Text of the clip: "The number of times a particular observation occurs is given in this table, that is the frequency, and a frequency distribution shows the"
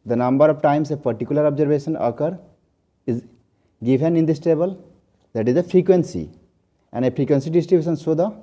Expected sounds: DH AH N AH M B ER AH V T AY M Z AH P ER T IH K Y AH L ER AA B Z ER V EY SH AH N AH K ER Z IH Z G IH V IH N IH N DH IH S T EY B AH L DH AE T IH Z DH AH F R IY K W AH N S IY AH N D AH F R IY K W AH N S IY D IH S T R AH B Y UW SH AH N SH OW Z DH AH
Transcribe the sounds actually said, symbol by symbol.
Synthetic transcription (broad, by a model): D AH N AH M B ER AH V T AY M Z AH P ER T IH K Y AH L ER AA B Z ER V EY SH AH N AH K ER IH Z G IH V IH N IH N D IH S T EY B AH L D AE T IH Z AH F R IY K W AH N S IY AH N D AH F R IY K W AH N S IY D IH S T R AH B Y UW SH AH N S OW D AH